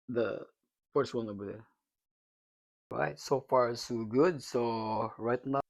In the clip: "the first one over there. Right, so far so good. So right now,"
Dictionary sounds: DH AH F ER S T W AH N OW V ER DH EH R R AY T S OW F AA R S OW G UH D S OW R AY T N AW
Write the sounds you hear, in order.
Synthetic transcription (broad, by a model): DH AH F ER S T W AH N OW B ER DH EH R R AY T S OW F AA R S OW G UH D S OW R AY T N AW